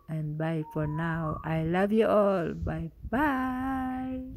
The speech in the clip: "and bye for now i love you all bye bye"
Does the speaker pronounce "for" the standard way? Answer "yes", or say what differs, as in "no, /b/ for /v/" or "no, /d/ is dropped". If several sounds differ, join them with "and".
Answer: yes